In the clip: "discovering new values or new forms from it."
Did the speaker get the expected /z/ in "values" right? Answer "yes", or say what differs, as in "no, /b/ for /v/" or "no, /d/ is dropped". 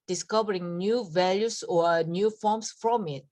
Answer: no, /s/ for /z/